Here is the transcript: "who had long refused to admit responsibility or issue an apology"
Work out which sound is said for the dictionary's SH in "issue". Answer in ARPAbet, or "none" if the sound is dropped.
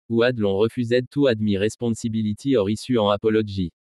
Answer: S